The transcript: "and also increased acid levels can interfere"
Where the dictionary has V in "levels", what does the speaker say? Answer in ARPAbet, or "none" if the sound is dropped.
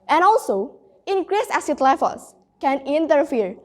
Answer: F